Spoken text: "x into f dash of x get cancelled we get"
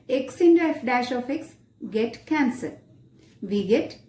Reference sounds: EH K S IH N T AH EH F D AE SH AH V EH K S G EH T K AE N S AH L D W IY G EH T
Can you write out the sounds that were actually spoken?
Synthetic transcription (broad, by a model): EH K S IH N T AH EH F D AE SH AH F EH K S G EH T K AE N S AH D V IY G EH T